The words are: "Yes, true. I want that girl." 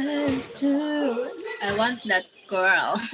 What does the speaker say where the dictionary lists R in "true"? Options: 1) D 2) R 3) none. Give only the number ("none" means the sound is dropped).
3